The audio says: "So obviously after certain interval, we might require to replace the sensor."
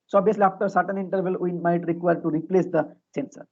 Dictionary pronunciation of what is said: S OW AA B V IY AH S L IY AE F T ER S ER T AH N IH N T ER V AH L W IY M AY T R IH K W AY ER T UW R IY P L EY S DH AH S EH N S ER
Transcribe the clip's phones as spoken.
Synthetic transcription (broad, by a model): S OW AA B IY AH S L IY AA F T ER S ER T AH N IH N T ER V AH L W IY M AY T R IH K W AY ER T UW R IY P L EY S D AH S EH N S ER